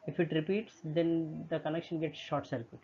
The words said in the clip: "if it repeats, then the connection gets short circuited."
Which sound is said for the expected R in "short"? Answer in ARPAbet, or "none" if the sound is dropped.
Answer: R